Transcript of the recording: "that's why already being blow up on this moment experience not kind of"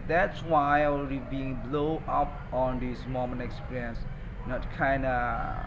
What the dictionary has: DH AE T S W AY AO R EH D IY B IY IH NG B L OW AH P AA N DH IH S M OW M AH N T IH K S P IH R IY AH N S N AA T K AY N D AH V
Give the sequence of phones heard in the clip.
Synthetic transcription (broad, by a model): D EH T S W AY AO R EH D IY B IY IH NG B L OW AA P AA N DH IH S M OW M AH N IH K S P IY R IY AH N S N AA T K AY N D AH